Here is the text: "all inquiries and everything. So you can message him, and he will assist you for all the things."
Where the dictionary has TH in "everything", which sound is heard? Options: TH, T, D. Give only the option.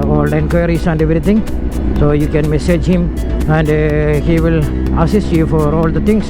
T